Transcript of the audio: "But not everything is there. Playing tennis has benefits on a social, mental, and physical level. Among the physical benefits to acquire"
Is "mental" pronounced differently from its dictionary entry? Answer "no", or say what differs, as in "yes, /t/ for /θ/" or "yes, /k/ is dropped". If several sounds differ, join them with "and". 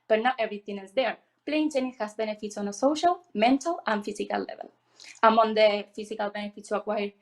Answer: no